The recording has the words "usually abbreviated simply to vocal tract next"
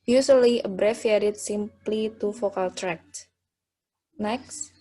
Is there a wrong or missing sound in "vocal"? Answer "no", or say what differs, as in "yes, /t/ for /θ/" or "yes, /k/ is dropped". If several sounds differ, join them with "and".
yes, /f/ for /v/